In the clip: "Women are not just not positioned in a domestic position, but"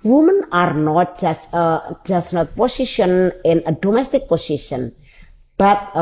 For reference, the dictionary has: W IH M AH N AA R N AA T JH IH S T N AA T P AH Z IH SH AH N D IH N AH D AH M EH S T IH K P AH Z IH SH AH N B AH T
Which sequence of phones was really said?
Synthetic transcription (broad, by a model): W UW M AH N AA R N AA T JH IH S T N AA T P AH S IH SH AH N IH N AH D AH M EH S T IH K P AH S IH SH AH N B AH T